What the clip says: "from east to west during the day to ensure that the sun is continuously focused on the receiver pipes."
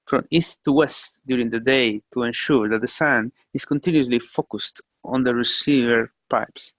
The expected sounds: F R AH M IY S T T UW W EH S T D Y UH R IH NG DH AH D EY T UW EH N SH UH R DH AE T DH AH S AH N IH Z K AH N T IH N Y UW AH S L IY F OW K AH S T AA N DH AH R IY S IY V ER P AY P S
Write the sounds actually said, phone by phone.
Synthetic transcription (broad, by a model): F R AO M IY S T T UW W EH S T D Y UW R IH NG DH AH D EY T UW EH N SH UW R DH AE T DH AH S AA N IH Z K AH N T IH N Y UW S L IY F OW K AH S T AA N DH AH R IY S IY V ER P AY P S